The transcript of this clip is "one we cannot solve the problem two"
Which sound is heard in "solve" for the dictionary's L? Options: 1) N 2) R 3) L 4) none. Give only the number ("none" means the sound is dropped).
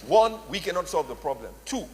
3